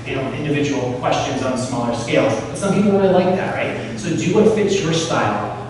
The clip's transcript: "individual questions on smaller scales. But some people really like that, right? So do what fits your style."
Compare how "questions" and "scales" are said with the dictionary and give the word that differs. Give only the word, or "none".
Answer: none